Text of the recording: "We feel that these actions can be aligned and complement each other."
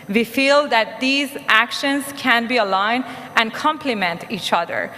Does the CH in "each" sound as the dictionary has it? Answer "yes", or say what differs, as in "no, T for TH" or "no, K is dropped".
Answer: yes